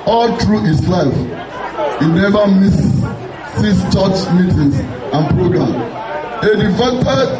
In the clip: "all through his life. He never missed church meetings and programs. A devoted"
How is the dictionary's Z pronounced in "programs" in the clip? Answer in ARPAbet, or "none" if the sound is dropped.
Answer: none